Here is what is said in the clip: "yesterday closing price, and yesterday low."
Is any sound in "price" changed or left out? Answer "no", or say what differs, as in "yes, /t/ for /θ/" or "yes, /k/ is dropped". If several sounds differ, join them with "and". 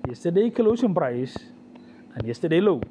no